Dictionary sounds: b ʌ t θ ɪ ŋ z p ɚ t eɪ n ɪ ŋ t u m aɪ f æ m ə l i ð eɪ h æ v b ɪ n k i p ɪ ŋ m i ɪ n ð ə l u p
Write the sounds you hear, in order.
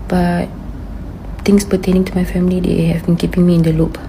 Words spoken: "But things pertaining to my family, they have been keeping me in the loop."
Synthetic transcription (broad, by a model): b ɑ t t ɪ ŋ s p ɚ t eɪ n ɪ ŋ t u m aɪ f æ m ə l i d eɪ h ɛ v b ɪ n k i p ɪ ŋ m i ɪ n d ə l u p